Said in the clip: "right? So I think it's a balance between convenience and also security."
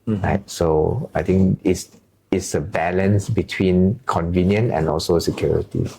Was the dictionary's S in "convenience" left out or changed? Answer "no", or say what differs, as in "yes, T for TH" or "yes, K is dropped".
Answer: yes, S is dropped